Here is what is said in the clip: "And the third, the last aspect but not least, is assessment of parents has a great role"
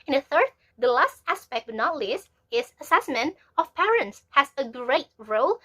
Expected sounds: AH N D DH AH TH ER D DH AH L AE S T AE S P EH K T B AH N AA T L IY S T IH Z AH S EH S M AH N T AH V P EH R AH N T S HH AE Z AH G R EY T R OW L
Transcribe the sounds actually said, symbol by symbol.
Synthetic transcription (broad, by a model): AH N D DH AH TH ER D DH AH L AE S T AE S P EH K T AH N AA T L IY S IH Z AH S EH S M AH N T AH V P EH R AH N T S HH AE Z AH G R EY T R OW L